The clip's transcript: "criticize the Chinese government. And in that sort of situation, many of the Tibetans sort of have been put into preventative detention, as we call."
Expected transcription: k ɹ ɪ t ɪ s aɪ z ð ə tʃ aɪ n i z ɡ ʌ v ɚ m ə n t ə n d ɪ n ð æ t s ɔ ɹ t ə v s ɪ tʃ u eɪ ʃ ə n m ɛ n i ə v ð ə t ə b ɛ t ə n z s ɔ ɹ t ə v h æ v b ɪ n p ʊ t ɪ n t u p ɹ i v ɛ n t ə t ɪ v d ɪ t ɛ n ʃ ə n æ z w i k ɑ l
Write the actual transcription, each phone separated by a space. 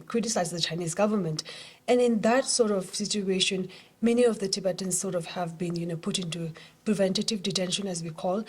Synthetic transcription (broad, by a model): k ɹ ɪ t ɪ s aɪ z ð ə tʃ aɪ n i z ɡ ʌ v ɚ m ə n t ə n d ɪ n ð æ t s ɔ ɹ t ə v s ɪ tʃ u eɪ ʃ ə n m ɛ n i ə v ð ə t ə b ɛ t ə n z s ɔ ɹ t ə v h æ v b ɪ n p ʊ t ɪ n t u p ɹ i v ɛ n t ə t ɪ v d ɪ t ɛ n ʃ ə n æ z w i k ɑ l